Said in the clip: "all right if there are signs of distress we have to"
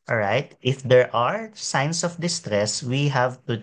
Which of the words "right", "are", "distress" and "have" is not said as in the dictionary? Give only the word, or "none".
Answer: none